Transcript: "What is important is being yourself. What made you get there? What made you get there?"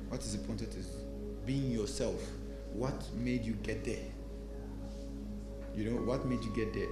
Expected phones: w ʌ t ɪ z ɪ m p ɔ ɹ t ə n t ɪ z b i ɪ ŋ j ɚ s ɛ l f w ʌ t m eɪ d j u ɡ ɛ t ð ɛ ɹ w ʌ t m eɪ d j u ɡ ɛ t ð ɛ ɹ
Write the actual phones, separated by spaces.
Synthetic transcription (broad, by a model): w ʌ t ɪ z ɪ p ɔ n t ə t ɪ z b i ɪ ŋ j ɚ s ɛ l f w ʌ t m eɪ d j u ɡ ɛ t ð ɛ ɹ w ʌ t m eɪ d j u ɡ ɛ t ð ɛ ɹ